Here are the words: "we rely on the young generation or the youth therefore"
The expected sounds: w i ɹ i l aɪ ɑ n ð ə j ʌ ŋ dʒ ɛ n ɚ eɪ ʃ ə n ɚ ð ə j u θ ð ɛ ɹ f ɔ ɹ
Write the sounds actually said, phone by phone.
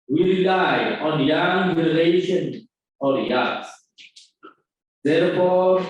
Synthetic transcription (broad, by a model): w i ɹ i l aɪ ɑ n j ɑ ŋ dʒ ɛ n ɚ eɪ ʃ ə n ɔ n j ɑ s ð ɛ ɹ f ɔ